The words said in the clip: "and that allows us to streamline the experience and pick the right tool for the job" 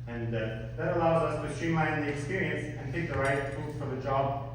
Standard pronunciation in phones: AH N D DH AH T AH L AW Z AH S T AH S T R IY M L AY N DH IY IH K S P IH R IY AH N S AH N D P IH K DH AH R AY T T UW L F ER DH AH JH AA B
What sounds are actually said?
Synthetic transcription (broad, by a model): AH N DH AH T AH L AW Z AH S T AH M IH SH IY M L AY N DH IY IH K S P IH R IY AH N S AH N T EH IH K DH AH R AY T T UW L F ER DH AH JH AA B